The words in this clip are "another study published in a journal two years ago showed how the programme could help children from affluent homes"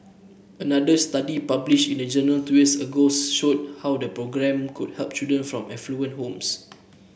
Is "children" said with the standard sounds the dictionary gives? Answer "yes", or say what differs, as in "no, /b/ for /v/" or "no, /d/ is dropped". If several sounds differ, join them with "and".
no, /l/ is dropped